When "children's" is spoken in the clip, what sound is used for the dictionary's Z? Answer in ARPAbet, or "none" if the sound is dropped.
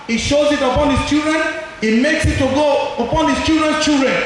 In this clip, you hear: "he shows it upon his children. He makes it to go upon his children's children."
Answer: none